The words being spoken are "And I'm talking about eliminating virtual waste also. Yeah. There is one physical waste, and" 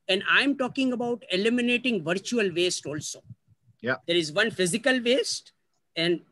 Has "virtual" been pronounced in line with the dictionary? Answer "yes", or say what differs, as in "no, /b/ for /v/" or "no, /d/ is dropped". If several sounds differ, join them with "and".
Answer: yes